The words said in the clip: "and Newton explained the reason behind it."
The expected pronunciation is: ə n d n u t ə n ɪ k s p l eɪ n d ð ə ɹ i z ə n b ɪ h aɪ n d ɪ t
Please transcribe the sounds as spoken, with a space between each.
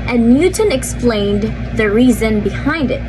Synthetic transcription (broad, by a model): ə n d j u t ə n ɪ k s p l eɪ n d ð ə ɹ i z ə n b ɪ h aɪ n d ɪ t